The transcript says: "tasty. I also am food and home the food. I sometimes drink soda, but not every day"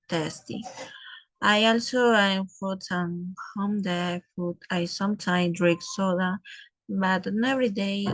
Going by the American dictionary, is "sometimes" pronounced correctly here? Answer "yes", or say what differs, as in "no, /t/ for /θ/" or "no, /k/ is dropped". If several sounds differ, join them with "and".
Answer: no, /z/ is dropped